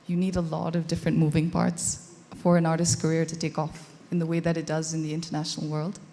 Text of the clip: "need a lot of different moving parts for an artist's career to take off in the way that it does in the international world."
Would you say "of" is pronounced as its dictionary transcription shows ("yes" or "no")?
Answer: yes